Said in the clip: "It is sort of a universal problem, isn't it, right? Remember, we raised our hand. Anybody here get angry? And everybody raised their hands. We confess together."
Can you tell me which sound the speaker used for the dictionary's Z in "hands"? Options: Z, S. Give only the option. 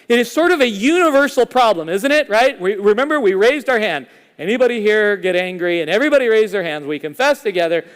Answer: Z